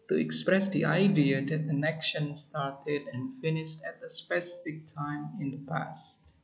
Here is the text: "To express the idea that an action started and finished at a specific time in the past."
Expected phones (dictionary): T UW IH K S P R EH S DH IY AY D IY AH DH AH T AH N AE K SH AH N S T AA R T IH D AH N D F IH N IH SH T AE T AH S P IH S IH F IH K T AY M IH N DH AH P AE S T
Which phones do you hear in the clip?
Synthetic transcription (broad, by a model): T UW IH K S P R EH S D IY AY D IY AH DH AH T AH N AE K SH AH N S T AA R T IH D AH N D F IH N IH SH T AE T AH S P IH S IH F IH K T AY M IH N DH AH P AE S T